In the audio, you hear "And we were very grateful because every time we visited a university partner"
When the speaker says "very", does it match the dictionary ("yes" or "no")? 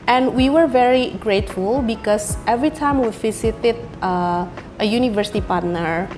yes